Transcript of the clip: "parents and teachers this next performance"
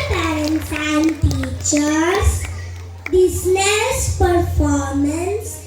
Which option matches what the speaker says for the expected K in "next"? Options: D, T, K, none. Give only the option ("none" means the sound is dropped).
none